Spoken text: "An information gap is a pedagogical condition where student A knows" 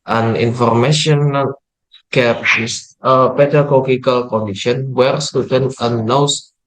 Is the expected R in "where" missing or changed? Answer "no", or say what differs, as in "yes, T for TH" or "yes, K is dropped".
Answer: no